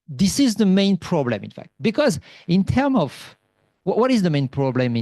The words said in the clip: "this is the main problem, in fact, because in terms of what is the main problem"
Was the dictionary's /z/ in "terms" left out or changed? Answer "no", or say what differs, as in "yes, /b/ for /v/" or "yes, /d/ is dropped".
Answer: yes, /z/ is dropped